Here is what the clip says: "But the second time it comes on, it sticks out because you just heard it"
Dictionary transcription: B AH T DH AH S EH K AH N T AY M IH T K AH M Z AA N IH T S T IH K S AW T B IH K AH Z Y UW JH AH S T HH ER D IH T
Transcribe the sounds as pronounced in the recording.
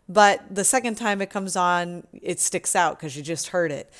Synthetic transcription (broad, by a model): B AH T DH AH S EH K AH N T AY M IH T K AH M Z N IH T S T IH K S AW T K AH Z Y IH JH AH S T HH ER D IH T